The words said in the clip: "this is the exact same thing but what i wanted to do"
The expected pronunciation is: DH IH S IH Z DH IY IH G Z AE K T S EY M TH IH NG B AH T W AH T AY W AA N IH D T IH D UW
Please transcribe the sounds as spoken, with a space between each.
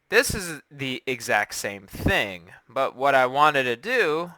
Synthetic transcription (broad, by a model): DH IH S IH Z DH IY IH G Z AE K T S EY M TH IH NG B AH T W AH T AY W AA N IH D T IH D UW